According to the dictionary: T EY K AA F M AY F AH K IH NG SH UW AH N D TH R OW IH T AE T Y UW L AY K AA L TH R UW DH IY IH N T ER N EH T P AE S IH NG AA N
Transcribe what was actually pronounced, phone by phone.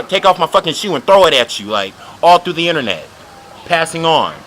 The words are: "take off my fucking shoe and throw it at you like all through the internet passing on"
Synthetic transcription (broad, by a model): T EY K AA F M AY F AH K IH NG SH UW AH N TH R OW IH T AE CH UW L AY K AA L TH R UW DH IY IH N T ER N EH T P AE S IH NG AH N